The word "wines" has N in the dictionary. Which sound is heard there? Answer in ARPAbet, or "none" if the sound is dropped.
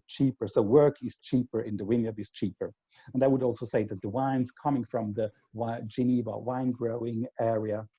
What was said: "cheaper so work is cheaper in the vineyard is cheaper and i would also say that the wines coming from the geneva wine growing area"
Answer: N